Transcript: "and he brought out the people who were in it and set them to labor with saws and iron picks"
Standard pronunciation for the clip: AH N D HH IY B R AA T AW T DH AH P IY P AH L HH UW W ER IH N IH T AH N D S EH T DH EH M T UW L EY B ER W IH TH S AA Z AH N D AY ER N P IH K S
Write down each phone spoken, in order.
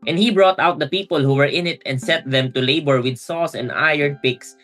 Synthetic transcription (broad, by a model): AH N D HH IY B R AA T AW T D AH P IY P AH L HH UW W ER IH N IH T AH N D S EH T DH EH M T UW L EY B ER W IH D S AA S AH N D AY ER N P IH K S